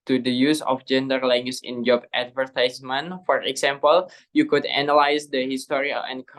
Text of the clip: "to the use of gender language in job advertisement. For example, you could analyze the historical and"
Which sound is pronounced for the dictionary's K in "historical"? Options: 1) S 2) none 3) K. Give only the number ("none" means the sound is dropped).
2